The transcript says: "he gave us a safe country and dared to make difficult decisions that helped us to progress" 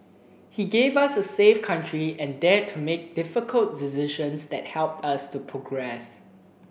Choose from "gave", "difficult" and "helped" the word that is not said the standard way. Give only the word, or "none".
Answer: none